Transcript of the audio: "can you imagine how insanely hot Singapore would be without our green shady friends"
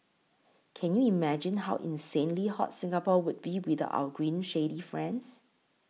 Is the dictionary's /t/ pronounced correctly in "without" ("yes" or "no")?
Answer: no